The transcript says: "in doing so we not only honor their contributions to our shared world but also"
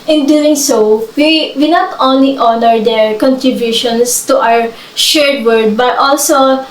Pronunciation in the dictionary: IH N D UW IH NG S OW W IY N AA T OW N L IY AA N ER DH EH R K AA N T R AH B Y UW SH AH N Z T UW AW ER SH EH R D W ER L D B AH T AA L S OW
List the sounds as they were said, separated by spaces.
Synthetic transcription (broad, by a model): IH N D UW IH NG S OW W IY N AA T OW N L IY AA N ER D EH R K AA N T R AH B Y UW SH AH N S T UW AW ER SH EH R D W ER D B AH T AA L S OW